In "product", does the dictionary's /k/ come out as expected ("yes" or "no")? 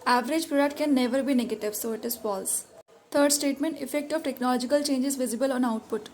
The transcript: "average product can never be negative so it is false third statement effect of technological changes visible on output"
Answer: no